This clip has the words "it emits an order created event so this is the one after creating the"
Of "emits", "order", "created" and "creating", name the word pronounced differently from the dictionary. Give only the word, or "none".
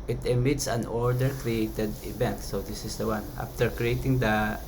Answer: none